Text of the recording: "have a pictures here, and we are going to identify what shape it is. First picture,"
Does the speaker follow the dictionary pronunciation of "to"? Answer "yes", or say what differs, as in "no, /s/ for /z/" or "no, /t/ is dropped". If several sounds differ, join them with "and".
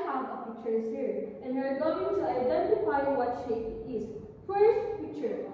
no, /s/ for /t/